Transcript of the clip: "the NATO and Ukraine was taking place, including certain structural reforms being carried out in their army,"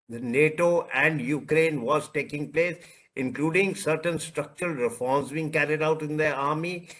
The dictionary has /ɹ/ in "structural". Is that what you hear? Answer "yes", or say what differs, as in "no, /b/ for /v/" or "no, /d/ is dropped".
yes